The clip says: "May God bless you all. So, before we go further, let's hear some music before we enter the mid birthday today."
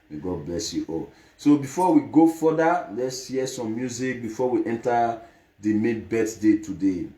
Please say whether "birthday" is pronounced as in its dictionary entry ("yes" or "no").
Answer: no